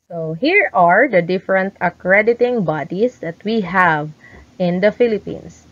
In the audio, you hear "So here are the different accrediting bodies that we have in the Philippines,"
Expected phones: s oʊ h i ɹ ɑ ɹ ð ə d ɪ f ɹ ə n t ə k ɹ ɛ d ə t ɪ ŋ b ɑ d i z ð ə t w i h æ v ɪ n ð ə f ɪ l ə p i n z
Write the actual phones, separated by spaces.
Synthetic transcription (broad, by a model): s oʊ h i ɹ ɑ ɹ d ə d ɪ f ɹ ə n t ə k ɹ ɛ d ə t ɪ ŋ b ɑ d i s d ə t w i h æ v ɪ n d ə f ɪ l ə p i n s